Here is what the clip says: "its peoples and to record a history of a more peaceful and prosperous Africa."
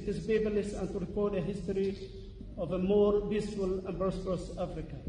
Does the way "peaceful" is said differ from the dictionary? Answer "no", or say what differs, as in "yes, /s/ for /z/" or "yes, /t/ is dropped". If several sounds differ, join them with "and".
yes, /b/ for /p/